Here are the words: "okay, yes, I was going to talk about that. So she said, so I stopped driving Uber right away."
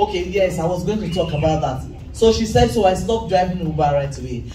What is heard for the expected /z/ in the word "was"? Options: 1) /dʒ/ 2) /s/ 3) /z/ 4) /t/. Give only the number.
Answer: 3